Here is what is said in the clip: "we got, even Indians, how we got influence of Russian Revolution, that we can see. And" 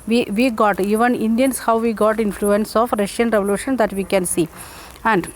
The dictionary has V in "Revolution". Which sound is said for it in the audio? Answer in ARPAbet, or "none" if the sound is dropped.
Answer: V